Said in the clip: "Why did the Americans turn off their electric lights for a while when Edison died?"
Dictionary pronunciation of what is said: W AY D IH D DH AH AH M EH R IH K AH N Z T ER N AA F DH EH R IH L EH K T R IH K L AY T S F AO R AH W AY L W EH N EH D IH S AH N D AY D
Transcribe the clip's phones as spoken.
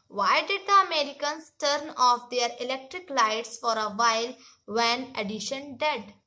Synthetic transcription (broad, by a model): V AY D IH D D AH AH M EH R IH K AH N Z T ER N AA F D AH R IH L EH K T R IH K L AY T S F AO R AH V AY L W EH N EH D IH SH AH N D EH D